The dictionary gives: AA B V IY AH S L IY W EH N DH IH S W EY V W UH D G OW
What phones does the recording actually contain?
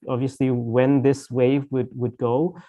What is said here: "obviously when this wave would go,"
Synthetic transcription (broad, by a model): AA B V IY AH S L IY W EH N DH IH S W EY V W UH D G OW